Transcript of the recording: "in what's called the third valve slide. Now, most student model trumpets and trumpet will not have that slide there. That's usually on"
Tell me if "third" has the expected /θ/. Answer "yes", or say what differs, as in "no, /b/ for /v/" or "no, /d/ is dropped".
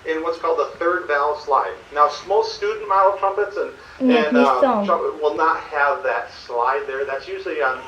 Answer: yes